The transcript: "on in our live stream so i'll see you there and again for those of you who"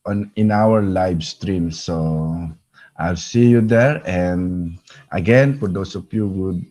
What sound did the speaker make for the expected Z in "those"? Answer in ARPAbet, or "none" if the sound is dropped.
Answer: S